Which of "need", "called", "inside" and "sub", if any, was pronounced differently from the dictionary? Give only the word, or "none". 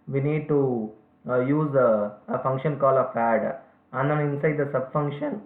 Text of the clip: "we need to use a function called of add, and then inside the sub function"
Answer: called